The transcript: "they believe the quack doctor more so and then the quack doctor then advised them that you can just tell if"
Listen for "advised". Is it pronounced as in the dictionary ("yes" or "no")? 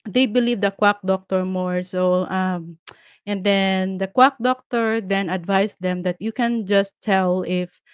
no